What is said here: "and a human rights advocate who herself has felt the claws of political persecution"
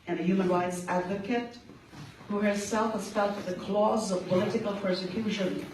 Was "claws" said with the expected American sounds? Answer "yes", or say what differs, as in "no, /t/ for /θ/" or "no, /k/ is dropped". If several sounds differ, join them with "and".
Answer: yes